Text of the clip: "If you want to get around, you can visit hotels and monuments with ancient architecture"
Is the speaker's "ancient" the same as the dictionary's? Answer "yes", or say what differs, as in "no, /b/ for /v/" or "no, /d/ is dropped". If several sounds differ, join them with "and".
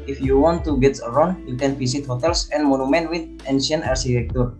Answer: no, /t/ is dropped